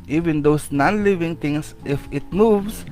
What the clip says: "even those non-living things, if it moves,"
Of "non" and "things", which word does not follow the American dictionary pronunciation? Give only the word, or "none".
things